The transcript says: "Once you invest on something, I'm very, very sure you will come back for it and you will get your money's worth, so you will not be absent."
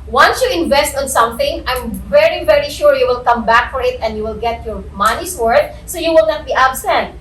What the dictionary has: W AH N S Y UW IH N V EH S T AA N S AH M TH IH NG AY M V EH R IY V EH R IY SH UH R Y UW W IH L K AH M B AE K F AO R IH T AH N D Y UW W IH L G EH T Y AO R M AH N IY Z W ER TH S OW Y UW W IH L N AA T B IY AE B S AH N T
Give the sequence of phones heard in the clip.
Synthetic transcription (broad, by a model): W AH N S Y UW IH N V EH S T AA N S AH M TH IH NG AY M V EH R IY V EH R IY SH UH R Y UW W IH L K AH M B AE K F AO R IH T AH N D Y UW W IH L G EH T Y AO R M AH N IY S W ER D S OW Y UW W IH L N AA T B IY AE B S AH N T